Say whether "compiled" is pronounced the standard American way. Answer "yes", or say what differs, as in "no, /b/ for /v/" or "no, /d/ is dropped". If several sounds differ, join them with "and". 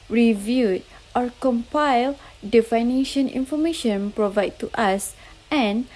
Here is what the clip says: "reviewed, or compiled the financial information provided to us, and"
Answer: yes